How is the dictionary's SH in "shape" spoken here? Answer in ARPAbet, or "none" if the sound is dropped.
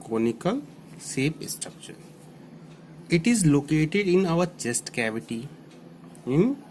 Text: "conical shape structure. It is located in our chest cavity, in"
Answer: S